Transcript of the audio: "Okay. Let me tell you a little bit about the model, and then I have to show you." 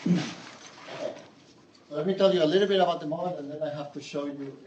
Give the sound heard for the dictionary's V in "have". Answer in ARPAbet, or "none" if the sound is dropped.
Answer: F